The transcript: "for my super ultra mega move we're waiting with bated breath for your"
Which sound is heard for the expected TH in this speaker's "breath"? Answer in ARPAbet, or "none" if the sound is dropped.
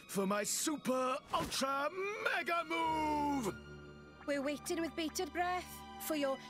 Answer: TH